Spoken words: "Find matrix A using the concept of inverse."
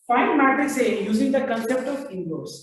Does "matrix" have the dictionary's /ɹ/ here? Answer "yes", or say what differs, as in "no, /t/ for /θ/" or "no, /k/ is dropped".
no, /ɹ/ is dropped